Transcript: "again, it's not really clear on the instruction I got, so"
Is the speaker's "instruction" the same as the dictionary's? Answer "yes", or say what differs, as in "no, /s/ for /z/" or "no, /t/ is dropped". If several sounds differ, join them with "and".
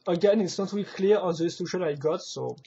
no, /n/ is dropped and /ɹ/ is dropped and /k/ is dropped